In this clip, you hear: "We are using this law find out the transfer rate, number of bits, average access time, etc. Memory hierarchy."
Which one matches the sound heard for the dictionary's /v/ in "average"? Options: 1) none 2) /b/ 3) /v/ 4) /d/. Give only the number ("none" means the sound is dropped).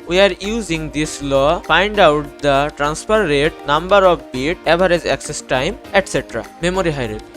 1